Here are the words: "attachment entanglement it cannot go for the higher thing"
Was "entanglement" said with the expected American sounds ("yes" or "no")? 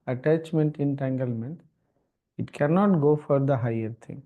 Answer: yes